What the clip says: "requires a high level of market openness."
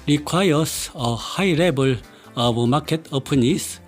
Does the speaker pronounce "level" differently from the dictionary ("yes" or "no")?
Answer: yes